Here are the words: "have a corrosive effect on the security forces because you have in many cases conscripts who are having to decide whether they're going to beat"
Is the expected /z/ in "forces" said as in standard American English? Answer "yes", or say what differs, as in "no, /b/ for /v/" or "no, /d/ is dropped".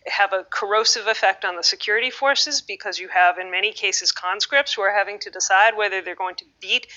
yes